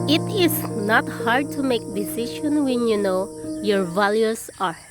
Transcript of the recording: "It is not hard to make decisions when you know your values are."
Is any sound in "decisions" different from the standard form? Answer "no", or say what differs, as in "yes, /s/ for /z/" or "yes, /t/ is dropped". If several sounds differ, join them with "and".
yes, /ʃ/ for /ʒ/ and /z/ is dropped